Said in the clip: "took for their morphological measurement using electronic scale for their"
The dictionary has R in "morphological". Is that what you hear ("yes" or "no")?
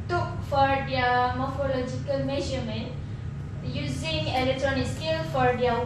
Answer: yes